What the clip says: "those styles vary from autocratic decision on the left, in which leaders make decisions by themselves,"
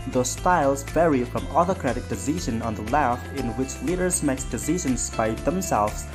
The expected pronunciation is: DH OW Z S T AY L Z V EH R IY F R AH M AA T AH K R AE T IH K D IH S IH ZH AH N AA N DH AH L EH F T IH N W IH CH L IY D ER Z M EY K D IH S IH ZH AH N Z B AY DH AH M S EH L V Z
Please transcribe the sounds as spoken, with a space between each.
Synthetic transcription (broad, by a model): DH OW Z S T AY L Z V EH R IY F R AH M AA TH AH K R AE T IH K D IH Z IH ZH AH N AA N DH AH L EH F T IH N W IH CH L IY D ER Z M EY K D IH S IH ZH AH N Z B AY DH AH M S EH L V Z